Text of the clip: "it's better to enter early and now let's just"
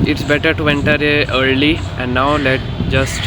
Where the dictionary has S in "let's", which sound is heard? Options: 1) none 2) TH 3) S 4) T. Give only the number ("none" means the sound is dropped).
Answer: 1